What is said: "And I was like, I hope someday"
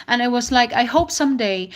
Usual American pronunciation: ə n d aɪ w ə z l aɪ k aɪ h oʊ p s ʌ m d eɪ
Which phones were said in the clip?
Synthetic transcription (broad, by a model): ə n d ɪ w ə z l aɪ k aɪ h oʊ p s ʌ m d eɪ